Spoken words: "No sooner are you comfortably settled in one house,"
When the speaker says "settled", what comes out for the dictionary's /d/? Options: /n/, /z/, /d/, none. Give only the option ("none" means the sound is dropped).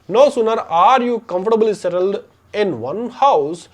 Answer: /d/